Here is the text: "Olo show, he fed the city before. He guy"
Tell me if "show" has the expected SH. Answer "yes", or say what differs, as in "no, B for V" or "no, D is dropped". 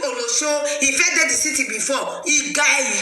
no, S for SH